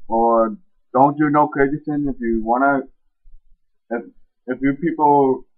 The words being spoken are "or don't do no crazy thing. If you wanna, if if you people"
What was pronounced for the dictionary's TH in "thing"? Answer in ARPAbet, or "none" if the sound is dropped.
S